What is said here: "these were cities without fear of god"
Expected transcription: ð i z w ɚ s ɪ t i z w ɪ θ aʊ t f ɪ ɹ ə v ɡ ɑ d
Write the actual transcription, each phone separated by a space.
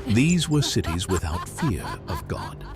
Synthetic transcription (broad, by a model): ð i z w ɚ s ɪ t i z w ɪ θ aʊ t f ɪ ɹ ə v ɡ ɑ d